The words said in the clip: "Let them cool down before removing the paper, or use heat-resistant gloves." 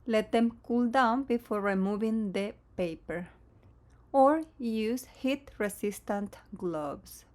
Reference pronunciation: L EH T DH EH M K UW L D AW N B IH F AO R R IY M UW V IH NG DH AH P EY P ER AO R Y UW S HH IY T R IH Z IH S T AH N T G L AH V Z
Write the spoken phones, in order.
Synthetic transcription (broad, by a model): L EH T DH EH M K UW L D AW N B IH F AO R R IY M UW V IH NG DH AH P EY P ER AO R Y UW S HH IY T R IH S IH S T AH N T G L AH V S